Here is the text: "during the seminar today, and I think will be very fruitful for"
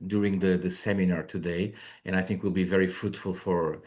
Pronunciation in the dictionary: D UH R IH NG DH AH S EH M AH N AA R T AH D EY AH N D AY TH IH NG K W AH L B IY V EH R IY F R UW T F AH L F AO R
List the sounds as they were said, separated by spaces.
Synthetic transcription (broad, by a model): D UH R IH NG DH AH S EH M AH N AA R T AH D EY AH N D AY TH IH NG K W AH L B IY V EH R IY F R UW T F AH L F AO R